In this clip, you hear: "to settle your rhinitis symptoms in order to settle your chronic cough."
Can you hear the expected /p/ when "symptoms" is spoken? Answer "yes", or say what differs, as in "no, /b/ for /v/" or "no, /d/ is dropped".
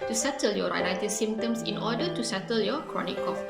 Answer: no, /p/ is dropped